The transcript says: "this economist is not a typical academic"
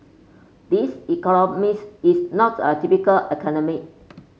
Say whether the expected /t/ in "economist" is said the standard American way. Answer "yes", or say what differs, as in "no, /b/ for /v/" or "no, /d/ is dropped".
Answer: no, /t/ is dropped